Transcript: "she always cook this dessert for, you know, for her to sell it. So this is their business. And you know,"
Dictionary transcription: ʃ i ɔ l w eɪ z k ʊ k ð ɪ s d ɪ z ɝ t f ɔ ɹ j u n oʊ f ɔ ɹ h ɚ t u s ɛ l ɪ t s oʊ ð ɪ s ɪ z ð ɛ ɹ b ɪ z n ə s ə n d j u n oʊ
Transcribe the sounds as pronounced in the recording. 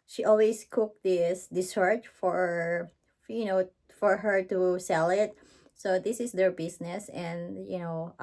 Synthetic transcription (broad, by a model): ʃ i ɔ l w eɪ s k ʊ k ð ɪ s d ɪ s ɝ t f ɔ ɹ j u n oʊ f ɔ ɹ h ɚ t u s ɛ l ɪ t s oʊ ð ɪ s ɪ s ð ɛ ɹ b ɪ s n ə s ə n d j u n oʊ